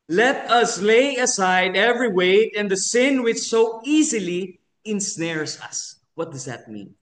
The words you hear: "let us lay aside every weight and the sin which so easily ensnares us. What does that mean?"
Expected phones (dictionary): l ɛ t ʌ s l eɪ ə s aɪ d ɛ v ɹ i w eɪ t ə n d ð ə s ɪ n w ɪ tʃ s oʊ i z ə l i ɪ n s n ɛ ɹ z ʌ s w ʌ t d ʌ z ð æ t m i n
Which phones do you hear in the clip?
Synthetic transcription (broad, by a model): l ɛ t ʌ s l eɪ ə s aɪ d ɛ v ɹ i w eɪ t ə n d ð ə s ɪ n w ɪ tʃ s oʊ i z ə l i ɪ n s n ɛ ɹ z ʌ s w ʌ t d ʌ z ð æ t m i n